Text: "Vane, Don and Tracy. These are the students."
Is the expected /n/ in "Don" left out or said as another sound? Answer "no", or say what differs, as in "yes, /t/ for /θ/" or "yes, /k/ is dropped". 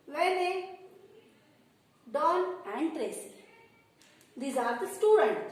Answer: yes, /l/ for /n/